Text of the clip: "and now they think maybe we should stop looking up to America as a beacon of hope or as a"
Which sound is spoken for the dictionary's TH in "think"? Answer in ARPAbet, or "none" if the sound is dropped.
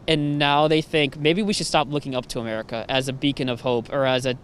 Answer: TH